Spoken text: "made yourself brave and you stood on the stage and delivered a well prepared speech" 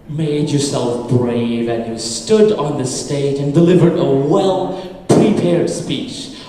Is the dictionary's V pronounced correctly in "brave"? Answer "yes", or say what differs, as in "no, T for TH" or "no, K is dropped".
yes